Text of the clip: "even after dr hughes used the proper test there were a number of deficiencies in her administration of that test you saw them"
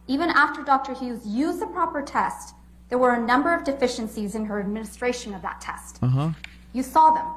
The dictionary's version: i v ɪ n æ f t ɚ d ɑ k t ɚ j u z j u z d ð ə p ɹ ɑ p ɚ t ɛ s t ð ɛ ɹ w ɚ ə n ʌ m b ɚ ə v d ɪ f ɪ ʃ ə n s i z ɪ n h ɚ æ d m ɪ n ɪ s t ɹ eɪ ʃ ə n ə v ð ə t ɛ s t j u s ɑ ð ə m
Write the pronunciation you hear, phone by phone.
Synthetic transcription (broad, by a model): i v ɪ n æ f t ɚ d ɑ k t ɚ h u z j u z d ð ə p ɹ ɑ p ɚ t ɛ s t ð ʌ ɹ w ɚ ə n ʌ m b ɚ ə v d ɪ f ɪ ʃ ə n s i z ɪ n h ɚ æ d m ɪ n ɪ s t ɹ eɪ ʃ ə n ə v ð ə t ɛ s t j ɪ s ɑ ð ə m